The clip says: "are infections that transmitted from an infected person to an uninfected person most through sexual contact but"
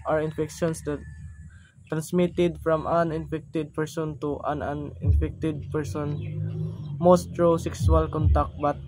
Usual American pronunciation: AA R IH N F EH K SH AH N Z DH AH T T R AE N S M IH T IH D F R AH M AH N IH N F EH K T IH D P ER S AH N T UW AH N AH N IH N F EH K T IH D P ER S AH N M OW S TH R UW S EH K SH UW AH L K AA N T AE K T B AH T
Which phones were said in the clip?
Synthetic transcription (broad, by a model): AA R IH N F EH K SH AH N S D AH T T R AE N S M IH T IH D F R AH M AH N IH N F EH K T IH D P ER S AH N T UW AH N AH N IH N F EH K T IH D P ER S AH N M OW S T R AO S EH K S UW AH L K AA N T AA K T B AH T